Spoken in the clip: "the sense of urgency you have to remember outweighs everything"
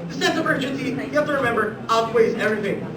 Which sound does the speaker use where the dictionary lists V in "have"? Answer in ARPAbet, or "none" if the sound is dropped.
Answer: F